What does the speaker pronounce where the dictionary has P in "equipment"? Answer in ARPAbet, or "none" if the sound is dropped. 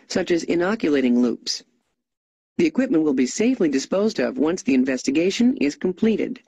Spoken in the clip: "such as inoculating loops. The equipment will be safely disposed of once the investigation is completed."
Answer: P